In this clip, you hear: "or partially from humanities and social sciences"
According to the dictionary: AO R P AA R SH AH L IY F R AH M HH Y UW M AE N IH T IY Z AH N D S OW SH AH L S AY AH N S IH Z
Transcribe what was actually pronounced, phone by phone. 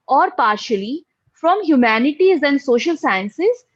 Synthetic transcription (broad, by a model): AO R P AA R SH AH L IY F R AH M HH Y UW M AE N IH T IY Z AH N D S OW SH AH L S AY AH N S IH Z